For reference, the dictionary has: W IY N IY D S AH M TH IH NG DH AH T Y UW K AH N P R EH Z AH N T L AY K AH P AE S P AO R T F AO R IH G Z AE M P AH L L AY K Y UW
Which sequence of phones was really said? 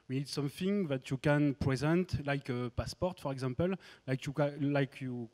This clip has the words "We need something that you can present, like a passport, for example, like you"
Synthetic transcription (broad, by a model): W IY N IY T S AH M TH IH NG DH AH T Y UW K AH N P R EH Z AH N T L AY K AH P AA S P AO R T F AO R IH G Z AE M P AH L L AY K Y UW